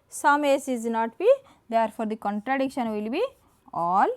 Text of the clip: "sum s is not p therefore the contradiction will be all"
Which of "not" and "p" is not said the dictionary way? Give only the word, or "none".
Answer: p